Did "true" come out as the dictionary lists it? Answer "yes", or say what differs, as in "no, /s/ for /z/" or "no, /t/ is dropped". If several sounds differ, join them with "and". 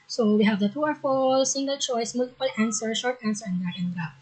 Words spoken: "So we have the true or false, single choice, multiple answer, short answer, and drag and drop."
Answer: no, /ɹ/ is dropped